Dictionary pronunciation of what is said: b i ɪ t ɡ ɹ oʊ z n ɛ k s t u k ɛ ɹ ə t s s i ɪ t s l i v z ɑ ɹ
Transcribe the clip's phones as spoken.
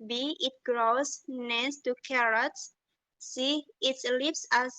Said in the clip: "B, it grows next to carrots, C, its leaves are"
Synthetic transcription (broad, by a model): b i ɪ t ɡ ɹ oʊ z n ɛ s t u k ɛ ɹ ə t s s i ɪ t s l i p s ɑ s